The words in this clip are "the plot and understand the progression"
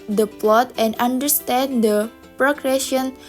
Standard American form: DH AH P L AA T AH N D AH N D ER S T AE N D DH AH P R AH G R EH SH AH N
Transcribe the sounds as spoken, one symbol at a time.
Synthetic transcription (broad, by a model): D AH P L AA T AH N D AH N D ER S T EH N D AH P R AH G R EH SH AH N